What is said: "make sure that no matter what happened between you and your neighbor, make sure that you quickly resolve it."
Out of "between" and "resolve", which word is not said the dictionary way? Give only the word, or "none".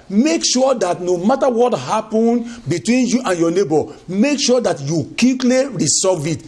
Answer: resolve